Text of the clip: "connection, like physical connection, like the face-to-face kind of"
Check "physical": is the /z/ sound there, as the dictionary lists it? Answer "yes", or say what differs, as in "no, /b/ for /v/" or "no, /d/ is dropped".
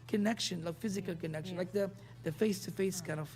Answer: yes